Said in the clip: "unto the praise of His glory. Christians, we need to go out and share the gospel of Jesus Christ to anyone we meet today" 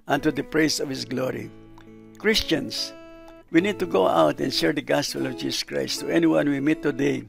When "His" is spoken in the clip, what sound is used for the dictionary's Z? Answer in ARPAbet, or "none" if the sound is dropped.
S